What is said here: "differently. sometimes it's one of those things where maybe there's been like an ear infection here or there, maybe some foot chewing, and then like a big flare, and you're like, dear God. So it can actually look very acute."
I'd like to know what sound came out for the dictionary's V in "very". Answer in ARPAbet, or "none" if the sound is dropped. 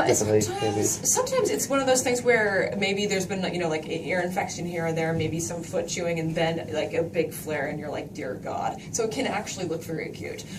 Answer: F